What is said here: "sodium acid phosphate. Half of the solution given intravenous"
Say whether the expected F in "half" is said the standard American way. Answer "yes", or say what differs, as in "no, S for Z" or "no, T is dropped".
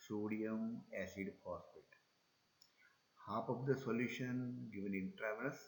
no, P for F